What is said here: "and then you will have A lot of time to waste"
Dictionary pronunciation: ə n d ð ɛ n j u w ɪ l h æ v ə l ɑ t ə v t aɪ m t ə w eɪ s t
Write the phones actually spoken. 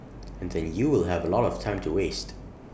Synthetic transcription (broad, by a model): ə n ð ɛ n j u w ɪ l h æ v ə l ɑ t ə v t aɪ m t ə w eɪ s t